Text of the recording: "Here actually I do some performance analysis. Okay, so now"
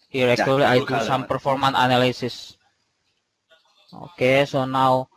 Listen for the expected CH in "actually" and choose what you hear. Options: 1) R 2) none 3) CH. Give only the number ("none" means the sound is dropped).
2